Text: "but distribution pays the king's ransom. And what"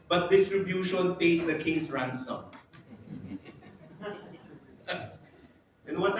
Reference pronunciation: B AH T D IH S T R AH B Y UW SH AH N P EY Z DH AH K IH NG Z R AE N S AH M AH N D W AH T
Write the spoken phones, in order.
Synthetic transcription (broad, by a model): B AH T D IH S T R AH B Y UW SH AH N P EY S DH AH K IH NG S R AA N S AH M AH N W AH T